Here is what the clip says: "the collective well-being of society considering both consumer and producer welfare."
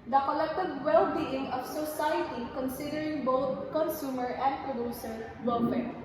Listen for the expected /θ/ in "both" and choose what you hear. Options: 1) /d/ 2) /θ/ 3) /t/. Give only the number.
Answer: 3